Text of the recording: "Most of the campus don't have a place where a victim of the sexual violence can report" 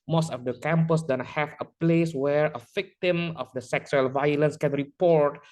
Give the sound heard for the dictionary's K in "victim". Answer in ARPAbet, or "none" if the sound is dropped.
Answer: K